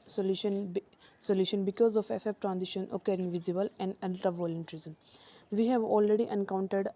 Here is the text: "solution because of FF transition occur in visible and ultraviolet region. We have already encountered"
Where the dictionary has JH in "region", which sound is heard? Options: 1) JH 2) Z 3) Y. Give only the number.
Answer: 2